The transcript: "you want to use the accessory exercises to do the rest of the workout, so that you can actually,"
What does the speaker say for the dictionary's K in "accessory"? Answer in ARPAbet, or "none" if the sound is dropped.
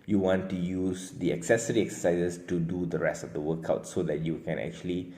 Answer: K